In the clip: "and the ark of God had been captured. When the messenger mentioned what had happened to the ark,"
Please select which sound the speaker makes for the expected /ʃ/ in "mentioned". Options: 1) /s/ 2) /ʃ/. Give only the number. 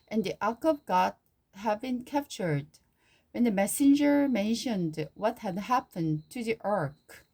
2